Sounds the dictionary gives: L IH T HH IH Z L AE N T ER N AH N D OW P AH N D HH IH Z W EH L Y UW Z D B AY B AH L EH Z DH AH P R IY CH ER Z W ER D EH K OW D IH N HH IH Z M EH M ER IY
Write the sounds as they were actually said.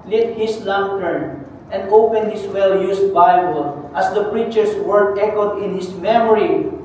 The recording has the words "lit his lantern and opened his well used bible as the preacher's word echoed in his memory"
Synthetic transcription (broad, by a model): L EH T HH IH S L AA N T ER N AH N D OW P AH N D HH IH S W EH L Y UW S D B AY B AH L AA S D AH P R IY CH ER S W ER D EH K OW D IH N HH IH S M EH M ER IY